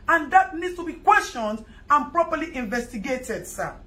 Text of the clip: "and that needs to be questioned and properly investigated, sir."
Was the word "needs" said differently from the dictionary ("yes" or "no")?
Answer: yes